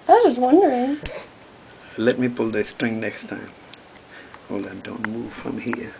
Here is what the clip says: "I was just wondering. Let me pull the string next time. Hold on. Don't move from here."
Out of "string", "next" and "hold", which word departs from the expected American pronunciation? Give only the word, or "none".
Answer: hold